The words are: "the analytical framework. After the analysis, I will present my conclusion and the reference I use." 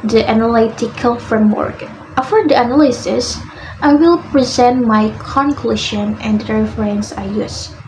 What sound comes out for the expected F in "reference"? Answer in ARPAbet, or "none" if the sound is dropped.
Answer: none